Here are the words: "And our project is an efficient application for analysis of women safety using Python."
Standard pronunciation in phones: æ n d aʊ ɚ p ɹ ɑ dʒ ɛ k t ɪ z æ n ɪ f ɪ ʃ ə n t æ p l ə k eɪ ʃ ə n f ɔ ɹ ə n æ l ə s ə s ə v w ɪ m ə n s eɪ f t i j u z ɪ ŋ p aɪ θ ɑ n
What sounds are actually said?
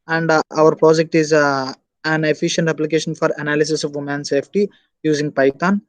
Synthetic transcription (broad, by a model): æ n d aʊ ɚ p ɹ ɑ dʒ ɛ k t ɪ z æ n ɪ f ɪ ʃ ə n t æ p l ə k eɪ ʃ ə n f ɔ ɹ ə n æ l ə s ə s ə v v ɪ m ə n s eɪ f t i j u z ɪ ŋ p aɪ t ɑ n